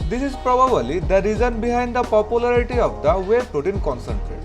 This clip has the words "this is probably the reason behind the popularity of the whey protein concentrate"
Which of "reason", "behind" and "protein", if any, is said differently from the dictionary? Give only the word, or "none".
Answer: none